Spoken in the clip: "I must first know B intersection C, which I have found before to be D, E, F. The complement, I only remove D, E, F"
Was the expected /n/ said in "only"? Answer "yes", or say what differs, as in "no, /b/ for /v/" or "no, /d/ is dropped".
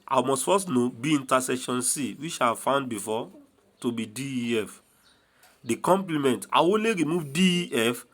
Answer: no, /n/ is dropped